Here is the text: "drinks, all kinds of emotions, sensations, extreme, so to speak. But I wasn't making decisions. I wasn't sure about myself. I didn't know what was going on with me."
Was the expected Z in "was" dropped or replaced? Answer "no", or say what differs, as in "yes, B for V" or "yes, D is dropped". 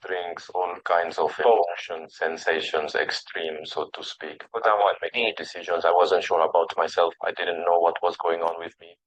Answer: no